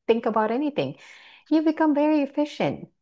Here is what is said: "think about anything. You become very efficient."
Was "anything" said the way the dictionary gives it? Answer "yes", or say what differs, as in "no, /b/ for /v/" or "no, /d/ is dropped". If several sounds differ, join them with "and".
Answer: yes